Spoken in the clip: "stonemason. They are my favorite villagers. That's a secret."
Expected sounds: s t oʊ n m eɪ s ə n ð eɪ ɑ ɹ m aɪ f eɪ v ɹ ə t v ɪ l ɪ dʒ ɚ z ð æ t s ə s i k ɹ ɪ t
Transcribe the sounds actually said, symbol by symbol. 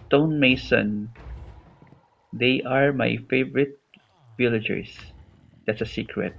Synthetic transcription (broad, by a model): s t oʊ n m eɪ s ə n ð eɪ ɑ ɹ m aɪ f eɪ v ɹ ə t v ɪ l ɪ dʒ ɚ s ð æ t s ə s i k ɹ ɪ t